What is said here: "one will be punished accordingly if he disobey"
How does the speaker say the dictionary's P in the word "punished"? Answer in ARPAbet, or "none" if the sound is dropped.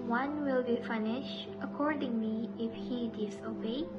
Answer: F